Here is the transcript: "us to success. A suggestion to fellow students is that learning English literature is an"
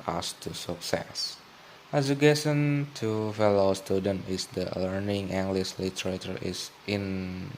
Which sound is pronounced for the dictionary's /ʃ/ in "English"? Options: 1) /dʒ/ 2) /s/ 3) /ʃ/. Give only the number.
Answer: 2